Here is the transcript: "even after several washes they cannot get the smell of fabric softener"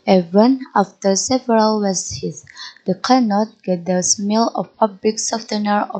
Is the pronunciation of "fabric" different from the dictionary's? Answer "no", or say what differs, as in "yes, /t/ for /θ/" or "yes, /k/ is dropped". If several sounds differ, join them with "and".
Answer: yes, /p/ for /f/ and /l/ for /ɹ/